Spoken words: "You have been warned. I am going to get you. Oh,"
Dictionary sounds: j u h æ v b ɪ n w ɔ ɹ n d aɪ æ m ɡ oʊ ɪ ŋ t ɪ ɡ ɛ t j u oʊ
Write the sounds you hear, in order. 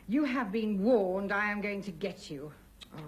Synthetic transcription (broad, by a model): j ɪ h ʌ v b ɪ n w ɔ ɹ n d aɪ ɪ m ɡ oʊ ɪ ŋ t ɪ ɡ ɛ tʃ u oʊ